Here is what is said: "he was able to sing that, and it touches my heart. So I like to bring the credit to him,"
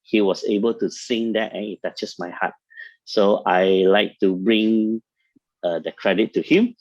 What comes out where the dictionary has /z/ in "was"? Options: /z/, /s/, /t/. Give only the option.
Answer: /s/